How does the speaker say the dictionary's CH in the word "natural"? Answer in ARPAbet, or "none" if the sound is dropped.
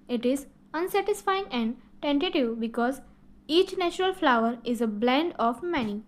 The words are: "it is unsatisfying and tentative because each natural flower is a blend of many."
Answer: CH